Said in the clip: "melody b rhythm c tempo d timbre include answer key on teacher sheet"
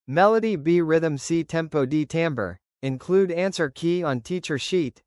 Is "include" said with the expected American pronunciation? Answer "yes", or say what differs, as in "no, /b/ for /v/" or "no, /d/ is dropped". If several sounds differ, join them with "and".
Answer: yes